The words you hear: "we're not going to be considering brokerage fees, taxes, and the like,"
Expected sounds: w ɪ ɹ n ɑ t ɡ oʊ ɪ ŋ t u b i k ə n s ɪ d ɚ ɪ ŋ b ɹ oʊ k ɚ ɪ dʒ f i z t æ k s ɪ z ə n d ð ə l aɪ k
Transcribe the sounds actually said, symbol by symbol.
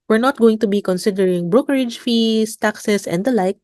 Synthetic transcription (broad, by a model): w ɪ ɹ n ɑ t ɡ oʊ ɪ ŋ t u b i k ə n s ɪ d ɚ ɪ ŋ b ɹ oʊ k ɚ ɪ dʒ f i s t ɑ k s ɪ s ə n d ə l aɪ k